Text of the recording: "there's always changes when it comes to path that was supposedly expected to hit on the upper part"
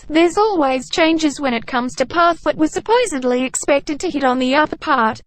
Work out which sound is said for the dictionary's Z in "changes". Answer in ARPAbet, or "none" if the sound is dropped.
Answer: Z